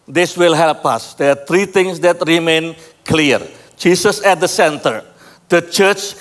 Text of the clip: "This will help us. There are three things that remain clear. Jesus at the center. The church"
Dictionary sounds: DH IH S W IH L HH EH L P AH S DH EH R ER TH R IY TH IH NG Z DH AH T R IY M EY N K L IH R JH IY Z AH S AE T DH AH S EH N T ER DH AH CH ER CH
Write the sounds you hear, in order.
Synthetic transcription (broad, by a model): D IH S W IH L HH EH L P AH S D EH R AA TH R IY T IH NG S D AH T R IY M EY N K L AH R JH IY S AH S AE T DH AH S EH N T ER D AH CH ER CH